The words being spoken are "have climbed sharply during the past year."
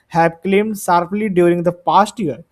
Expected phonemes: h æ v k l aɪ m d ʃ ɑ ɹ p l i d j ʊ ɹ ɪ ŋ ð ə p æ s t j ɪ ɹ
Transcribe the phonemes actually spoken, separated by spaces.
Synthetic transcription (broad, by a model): h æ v k l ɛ m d s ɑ ɹ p l i d j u ɹ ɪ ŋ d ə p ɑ s t j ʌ ɹ